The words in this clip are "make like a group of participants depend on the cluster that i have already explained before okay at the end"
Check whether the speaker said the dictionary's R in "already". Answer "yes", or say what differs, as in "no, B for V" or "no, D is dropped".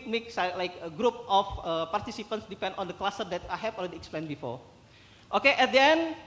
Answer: no, L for R